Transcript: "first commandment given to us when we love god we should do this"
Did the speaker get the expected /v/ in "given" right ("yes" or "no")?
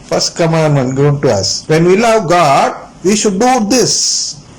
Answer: no